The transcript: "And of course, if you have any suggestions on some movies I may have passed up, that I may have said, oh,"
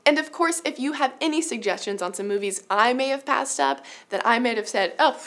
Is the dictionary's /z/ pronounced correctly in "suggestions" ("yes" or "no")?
yes